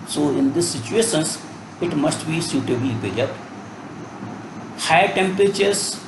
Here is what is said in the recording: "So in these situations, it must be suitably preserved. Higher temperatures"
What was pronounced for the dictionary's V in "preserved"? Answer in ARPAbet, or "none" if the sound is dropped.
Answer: none